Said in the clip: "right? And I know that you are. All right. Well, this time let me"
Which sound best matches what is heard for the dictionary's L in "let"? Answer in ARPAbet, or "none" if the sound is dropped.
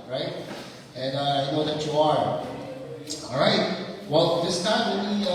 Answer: W